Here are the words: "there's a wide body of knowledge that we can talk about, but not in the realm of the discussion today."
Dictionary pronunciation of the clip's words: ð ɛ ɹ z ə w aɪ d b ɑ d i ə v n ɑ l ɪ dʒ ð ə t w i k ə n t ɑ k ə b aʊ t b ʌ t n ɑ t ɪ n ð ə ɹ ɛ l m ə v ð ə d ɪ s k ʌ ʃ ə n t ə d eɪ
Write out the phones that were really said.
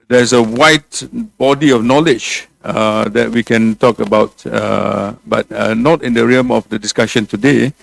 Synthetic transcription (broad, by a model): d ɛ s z ə w aɪ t b ɑ d i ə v n ɑ l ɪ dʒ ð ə t w i k ə n t ɑ k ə b aʊ t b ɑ t n ɑ t ɪ n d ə ɹ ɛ m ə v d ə d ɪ s k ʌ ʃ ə n t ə d eɪ